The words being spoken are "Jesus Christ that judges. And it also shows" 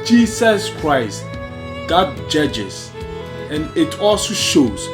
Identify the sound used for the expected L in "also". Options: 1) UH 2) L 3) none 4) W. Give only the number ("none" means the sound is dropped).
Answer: 2